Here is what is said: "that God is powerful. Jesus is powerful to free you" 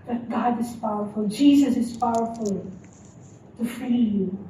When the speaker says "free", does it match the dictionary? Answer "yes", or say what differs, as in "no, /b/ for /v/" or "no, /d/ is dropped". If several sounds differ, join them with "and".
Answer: no, /ɹ/ is dropped